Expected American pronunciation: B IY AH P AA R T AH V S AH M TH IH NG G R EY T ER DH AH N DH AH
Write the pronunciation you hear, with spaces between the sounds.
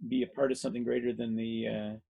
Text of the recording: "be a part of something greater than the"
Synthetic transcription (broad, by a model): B IY AH P AA R T AH V S AH M TH IH NG G R EY T ER DH AH N DH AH